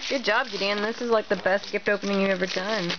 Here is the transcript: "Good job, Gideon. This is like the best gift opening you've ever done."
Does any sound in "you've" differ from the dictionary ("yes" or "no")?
yes